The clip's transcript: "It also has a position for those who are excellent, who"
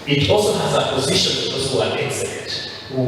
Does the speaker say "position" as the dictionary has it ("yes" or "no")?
yes